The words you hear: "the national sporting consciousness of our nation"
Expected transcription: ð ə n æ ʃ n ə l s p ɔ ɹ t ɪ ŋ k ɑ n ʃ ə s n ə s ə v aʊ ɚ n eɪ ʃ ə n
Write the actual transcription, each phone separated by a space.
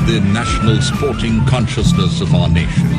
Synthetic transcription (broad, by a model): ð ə n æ ʃ n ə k s p ɔ ɹ t ɪ ŋ k ɑ n ʃ ə s n ə s ə v aʊ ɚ n eɪ ʃ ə n